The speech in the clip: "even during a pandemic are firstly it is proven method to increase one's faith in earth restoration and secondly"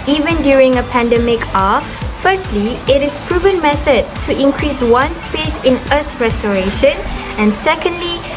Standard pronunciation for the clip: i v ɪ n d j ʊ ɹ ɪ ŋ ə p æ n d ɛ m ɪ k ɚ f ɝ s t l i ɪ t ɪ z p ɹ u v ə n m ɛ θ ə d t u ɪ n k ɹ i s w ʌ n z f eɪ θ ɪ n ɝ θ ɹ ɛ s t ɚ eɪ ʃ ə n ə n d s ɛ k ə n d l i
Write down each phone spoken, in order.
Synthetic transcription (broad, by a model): i v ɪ n d j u ɹ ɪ ŋ ə p æ n d ɛ m ɪ k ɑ f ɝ s t l i ɪ t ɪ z p ɹ u v ə n m ɛ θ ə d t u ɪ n k ɹ i s w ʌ n s f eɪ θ ɪ n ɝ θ ɹ ɛ s t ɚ eɪ ʃ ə n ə n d s ɛ k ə n d l i